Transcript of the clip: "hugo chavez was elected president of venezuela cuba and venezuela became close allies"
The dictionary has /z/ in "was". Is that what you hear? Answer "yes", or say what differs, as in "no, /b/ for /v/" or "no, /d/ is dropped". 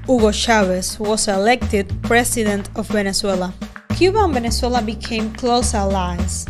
no, /s/ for /z/